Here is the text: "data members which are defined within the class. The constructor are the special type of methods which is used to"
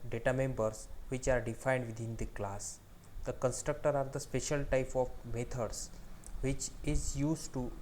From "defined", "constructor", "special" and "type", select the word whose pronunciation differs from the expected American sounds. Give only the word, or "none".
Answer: none